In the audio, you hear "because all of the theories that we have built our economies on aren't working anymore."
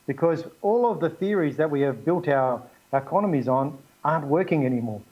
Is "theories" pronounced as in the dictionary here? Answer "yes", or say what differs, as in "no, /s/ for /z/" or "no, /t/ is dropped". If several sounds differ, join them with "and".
yes